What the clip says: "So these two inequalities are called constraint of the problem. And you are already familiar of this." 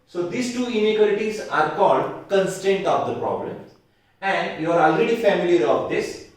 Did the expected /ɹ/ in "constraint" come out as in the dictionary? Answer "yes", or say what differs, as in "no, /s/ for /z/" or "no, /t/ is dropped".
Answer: no, /ɹ/ is dropped